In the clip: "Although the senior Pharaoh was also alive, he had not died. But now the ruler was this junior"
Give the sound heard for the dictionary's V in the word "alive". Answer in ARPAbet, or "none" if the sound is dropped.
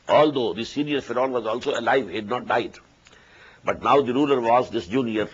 V